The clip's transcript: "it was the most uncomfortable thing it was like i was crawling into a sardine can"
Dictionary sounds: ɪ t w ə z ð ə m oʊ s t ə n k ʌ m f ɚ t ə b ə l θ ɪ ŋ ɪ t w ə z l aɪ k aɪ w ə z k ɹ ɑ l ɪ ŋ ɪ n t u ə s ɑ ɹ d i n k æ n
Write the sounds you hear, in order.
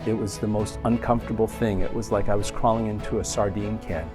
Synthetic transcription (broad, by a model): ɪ t w ə z ð ə m oʊ s t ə n k ʌ m f t ə b l θ ɪ ŋ ɪ t w ə z l aɪ k aɪ w ə z k ɹ ɑ l ɪ ŋ ɪ n t u ə s ɑ ɹ d i n k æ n